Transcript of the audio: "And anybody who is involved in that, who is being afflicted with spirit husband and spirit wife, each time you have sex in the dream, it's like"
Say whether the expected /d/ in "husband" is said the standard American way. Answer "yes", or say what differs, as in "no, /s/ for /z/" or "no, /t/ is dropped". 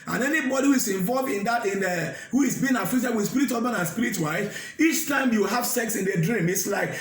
no, /d/ is dropped